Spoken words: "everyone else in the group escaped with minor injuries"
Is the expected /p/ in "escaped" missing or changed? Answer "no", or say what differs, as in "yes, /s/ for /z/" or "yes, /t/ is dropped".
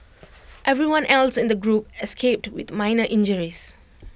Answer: no